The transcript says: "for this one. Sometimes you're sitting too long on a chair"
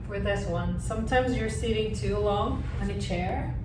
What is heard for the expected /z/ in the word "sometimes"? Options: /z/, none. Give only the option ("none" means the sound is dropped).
/z/